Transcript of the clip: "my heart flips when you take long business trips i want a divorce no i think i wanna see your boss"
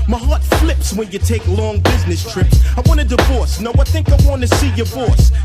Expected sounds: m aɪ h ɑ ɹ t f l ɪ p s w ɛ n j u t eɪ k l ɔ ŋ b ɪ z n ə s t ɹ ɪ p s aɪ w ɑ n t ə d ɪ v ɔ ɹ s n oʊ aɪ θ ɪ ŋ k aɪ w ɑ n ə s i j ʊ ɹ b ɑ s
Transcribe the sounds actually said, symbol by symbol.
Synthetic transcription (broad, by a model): m aɪ h ɑ ɹ t f l ɪ p s w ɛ n j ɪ t eɪ k l ɔ ŋ b ɪ z n ə s t ɹ ɪ p s aɪ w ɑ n ə d ɪ v ɔ ɹ s n oʊ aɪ θ ɪ ŋ k aɪ w ɑ n ə s i j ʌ ɹ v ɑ s